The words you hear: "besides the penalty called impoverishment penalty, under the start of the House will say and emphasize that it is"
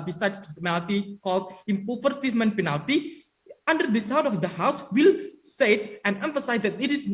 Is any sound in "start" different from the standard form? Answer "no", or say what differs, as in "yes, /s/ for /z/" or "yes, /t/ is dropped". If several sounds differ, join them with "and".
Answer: yes, /w/ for /ɹ/